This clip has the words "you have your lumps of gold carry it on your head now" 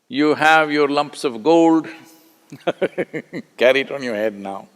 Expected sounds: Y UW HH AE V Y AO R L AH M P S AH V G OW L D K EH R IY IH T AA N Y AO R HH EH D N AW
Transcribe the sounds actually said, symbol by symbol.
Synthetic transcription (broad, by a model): Y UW HH AE V Y AO R L AH M P S AH V G OW L D K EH R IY IH T AA N Y AO R HH EH D N AW